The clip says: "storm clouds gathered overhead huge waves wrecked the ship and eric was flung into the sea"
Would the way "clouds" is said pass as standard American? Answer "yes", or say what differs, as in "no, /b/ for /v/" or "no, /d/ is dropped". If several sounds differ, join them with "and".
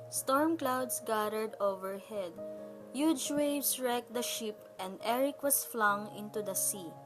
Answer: no, /s/ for /z/